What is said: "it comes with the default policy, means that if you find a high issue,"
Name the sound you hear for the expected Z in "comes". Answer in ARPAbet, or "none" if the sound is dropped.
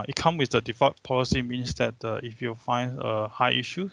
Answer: none